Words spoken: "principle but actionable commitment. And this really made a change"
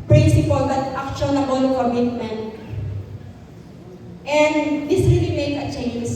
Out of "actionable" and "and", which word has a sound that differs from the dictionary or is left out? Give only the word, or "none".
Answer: actionable